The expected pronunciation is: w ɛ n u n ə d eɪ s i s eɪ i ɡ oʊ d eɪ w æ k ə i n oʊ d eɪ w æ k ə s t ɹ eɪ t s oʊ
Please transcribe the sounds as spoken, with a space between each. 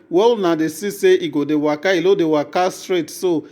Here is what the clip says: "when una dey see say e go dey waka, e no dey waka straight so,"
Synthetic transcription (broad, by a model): w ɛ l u n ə d eɪ s i s eɪ i ɡ oʊ d eɪ w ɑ k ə i l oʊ d eɪ w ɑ k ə s t ɹ eɪ t s oʊ